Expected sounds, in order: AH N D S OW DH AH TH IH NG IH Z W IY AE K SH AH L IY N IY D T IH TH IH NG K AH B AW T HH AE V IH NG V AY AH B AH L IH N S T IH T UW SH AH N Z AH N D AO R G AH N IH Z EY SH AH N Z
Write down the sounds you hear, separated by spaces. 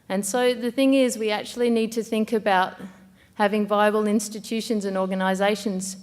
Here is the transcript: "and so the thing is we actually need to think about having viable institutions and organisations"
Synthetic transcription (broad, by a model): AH N S OW DH AH TH IH NG IH Z W IY AE K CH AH L IY N IY D T IH TH IH NG K AH B AW T HH AE V IH NG V AY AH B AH L IH N S T IH T UW SH AH N Z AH N AO R G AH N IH Z EY SH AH N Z